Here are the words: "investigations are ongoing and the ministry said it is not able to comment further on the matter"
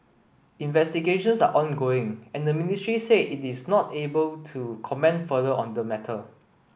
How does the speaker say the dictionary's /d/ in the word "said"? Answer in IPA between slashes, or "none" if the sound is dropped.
none